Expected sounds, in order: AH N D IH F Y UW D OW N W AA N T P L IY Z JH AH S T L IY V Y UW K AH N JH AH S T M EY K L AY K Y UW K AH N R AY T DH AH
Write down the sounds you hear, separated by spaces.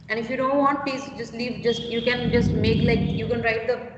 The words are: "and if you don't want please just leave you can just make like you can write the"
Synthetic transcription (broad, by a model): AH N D IH F Y UW D OW N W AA N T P IY S JH AH S T L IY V Y UW K AH N JH AH S T M EY K L AY K Y UW K AH N R AY T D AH